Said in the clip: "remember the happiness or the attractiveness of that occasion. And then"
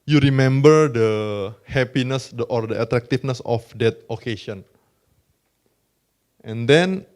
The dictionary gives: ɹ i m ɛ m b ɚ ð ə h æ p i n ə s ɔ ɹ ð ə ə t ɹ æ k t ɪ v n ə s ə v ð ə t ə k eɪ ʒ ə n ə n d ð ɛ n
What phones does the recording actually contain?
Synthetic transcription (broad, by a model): ɹ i m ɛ m b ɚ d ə h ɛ p i n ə s ɔ ɹ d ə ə t ɹ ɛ k t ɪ f n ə s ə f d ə t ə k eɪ s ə n ə n d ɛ n